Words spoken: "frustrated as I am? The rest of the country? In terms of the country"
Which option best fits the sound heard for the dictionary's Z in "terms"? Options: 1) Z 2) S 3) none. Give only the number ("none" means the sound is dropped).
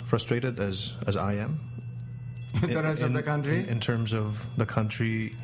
1